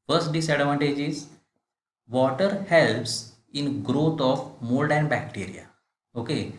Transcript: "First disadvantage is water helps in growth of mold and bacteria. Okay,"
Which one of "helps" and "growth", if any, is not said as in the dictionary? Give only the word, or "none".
growth